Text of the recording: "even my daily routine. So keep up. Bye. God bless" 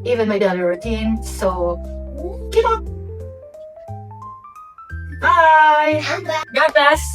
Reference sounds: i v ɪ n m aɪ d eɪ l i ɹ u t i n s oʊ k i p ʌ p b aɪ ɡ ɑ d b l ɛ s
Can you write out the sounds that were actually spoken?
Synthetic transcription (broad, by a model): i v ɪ n m aɪ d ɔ n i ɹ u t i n s oʊ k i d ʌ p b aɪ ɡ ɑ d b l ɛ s